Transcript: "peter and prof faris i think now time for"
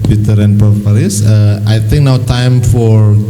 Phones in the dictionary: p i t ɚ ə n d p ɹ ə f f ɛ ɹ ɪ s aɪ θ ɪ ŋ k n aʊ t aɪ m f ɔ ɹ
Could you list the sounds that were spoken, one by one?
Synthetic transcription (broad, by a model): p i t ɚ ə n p ə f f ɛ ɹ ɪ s aɪ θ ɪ ŋ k n aʊ t aɪ m f ɔ ɹ